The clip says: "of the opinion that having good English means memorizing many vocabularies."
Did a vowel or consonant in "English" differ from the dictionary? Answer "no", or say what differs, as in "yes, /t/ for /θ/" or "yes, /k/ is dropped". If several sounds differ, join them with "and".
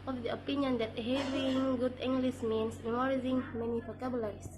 yes, /s/ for /ʃ/